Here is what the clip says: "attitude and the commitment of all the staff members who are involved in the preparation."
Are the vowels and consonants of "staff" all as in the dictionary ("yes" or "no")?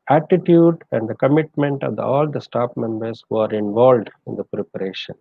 no